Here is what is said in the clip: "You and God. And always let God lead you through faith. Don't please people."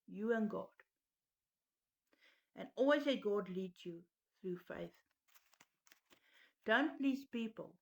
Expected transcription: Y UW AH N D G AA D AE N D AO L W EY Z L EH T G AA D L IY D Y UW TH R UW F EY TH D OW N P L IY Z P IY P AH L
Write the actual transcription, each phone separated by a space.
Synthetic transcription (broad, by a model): Y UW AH N G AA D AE N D AO L W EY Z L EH G AA D L IY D Y UW TH R UW F EY TH D OW N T L IY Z P IY P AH L